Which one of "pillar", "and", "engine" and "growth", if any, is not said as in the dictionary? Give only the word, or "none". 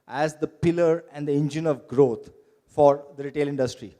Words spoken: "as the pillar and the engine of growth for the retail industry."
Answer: growth